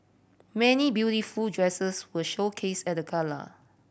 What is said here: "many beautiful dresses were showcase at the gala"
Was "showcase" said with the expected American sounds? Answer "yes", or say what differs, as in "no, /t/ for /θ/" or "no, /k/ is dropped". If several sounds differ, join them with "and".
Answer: yes